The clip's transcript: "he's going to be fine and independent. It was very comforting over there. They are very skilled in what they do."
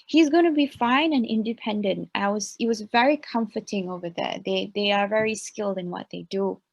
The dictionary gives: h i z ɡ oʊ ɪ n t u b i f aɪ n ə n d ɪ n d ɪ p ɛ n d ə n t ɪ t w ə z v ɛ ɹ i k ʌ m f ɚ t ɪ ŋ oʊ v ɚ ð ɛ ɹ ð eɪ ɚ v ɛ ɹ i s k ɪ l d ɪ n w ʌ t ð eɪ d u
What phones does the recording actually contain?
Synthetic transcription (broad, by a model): h i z ɡ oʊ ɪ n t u b i f aɪ n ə n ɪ n d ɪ p ɛ n d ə n t ɪ t w ə z v ɛ ɹ i k ʌ m f ɚ t ɪ ŋ oʊ v ɚ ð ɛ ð ð eɪ ɚ v ɛ ɹ i s k ɪ l d ɪ n w ʌ t ð eɪ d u